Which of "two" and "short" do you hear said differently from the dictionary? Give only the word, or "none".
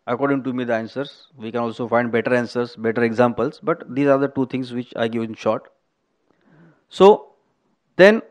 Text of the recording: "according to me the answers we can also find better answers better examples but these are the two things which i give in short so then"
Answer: none